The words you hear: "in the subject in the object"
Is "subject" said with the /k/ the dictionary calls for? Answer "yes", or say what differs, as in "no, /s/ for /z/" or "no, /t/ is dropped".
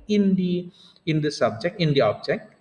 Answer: yes